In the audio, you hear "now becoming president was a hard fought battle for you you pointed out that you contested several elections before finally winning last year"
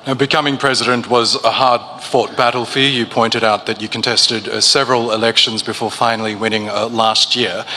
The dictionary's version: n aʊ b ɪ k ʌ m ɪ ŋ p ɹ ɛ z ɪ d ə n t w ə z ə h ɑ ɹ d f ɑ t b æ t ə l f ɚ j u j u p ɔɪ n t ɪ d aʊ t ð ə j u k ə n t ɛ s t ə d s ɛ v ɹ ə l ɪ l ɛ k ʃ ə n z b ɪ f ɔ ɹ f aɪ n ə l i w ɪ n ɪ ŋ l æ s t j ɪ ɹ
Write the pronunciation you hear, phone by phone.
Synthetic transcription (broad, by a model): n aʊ b ɪ k ʌ m ɪ ŋ p ɹ ɛ z ɪ d ə n t w ə z ə h ɑ ɹ d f ɑ t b æ t l f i j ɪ p ɔɪ n t ɪ d aʊ t ð ə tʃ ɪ k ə n t ɛ s t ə d s ɛ v ɹ ə l ɪ l ɛ k ʃ ə n z b ɪ f ɔ ɹ f aɪ n l i w ɪ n ɪ ŋ l æ s t j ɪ ɹ